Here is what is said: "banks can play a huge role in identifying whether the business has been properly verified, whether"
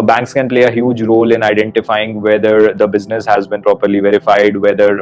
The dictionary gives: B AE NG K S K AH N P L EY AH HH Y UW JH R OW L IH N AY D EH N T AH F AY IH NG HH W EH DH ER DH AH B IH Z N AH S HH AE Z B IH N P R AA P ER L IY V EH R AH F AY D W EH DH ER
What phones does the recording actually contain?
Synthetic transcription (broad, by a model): B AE NG K S K AH N P L EY AH HH Y UW JH R OW L IH N AY D EH N T AH F AY IH NG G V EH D ER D AH B IH Z N AH S HH AE Z B IH N P R AA P ER L IY V EH R AH F AY D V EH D ER